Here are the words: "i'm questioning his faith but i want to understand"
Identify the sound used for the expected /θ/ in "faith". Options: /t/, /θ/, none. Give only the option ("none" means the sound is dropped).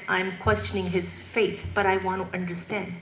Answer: /θ/